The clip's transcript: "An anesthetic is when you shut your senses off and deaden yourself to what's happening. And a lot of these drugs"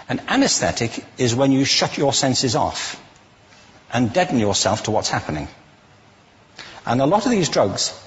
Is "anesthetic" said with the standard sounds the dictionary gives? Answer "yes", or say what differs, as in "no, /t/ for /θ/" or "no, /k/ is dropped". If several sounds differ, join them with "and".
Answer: yes